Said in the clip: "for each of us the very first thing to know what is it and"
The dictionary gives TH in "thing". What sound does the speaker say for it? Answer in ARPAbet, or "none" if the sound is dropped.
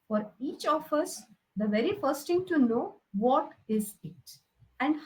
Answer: T